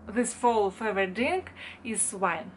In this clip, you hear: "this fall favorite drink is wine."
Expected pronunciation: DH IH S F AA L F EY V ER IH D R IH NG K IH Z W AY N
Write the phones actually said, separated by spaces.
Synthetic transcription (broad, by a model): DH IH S F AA L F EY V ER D IH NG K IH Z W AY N